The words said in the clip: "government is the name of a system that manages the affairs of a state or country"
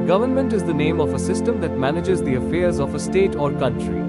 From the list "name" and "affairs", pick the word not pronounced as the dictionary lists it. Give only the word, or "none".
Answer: none